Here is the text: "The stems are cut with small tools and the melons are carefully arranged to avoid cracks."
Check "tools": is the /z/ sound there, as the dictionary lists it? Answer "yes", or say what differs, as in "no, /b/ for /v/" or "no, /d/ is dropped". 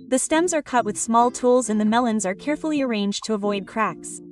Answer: yes